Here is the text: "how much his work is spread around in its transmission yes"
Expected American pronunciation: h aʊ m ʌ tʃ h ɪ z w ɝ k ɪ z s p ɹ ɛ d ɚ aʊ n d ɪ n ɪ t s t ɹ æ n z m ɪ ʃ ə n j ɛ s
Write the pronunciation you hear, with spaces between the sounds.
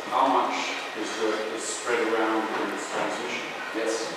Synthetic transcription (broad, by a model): h aʊ m ʌ tʃ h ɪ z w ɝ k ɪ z s p ɹ ɛ d ɚ aʊ n d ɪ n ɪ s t æ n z ɪ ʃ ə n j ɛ s